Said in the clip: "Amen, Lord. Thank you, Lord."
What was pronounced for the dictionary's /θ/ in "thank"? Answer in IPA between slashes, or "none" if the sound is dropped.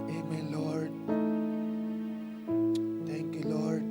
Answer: /t/